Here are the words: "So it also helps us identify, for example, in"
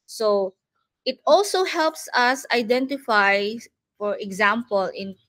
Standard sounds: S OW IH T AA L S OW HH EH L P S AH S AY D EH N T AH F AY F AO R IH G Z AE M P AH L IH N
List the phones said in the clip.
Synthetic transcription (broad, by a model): S OW IH T AA L S OW HH EH L P S AH S AY D EH N T AH F AY F AO R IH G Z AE M P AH L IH N